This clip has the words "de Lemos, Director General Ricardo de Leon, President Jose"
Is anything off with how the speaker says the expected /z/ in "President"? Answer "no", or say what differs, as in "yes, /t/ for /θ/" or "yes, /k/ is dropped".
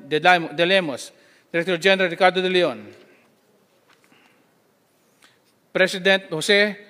yes, /s/ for /z/